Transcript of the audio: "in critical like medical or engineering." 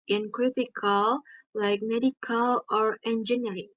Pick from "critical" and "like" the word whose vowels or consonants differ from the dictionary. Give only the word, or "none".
none